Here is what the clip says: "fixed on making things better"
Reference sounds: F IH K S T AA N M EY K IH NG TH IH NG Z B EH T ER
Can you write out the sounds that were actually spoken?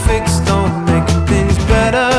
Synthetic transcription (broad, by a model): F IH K S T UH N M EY IH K TH IH NG Z B EH T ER